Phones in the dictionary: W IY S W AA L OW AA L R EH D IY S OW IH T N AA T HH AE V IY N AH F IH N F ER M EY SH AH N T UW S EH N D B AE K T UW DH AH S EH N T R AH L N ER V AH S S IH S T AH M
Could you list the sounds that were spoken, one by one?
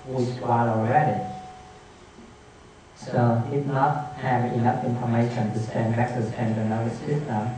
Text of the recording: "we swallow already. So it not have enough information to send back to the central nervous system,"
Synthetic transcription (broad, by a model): W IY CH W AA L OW AA L R EH D IY S OW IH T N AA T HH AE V IY N AH F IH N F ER M EY SH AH N T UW S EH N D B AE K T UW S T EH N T AH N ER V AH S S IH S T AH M